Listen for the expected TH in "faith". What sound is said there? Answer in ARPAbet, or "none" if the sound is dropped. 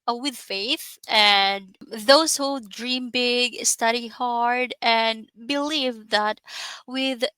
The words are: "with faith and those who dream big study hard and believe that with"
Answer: TH